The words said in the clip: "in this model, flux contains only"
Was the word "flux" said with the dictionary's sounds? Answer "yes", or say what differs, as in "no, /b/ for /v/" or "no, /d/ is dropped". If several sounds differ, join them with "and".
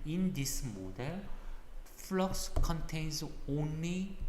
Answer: yes